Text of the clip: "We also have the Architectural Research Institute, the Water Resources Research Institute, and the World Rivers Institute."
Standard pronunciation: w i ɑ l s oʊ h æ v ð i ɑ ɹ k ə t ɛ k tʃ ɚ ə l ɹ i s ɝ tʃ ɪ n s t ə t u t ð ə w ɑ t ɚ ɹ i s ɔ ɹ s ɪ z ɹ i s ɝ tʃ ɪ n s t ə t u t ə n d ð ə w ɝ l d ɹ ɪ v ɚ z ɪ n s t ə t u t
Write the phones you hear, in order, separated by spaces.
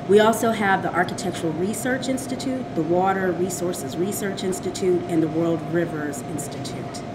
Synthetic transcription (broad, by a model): w i ɑ l s oʊ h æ v ð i ɑ ɹ k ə t ɛ k tʃ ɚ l ɹ i s ɝ tʃ ɪ n s t ə t u t ð ə w ɑ t ɚ ɹ i s ɔ ɹ s ɪ z ɹ i s ɝ tʃ ɪ n s t ə t u t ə n ð ə w ɝ l d ɹ ɪ v ɚ z ɪ n s t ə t u t